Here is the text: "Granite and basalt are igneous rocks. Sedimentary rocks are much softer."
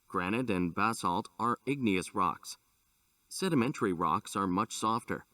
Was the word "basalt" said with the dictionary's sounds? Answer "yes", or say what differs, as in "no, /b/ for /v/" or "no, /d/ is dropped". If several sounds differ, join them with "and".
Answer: yes